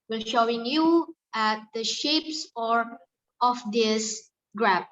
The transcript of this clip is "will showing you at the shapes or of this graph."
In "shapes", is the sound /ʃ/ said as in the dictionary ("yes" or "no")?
yes